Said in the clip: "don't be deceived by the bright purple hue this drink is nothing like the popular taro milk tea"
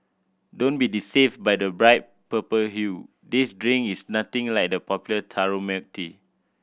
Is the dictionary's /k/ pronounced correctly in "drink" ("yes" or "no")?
no